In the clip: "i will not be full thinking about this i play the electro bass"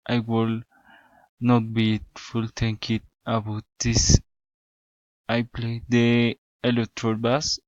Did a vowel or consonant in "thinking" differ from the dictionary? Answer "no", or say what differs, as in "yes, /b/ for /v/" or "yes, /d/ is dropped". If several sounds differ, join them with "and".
yes, /t/ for /θ/